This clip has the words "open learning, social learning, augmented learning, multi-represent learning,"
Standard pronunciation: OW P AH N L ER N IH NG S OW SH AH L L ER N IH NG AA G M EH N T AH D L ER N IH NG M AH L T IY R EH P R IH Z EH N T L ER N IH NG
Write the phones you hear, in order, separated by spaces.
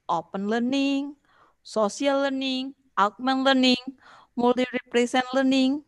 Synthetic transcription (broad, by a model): OW P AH N L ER N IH NG S OW S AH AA L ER N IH NG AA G M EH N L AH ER N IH NG M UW L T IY R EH P R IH S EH N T L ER N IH NG